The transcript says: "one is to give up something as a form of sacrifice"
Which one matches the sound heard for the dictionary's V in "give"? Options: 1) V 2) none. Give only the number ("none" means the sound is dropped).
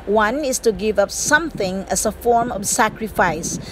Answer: 1